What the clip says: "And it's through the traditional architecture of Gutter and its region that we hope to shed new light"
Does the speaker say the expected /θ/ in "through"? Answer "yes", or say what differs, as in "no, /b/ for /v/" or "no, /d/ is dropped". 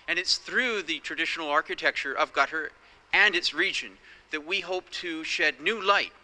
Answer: yes